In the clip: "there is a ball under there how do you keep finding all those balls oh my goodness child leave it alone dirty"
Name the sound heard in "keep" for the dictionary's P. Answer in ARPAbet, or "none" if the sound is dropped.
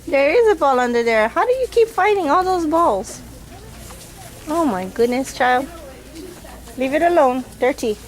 P